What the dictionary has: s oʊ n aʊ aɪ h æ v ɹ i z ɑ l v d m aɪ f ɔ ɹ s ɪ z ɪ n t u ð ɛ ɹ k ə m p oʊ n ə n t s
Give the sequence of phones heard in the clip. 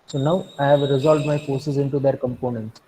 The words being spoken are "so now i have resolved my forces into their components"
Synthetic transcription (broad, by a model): s oʊ n aʊ aɪ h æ v ɹ i z ɑ l v d m aɪ f ɔ ɹ s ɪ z ɪ n t u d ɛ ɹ k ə m p oʊ n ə n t s